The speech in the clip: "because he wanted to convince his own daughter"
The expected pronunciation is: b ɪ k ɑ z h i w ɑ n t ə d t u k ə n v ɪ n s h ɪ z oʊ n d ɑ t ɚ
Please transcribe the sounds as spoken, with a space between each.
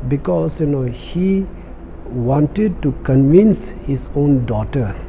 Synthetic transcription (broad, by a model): b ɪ k ɑ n h i w ɑ n t ə d t u k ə n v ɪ n s h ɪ s oʊ n d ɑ t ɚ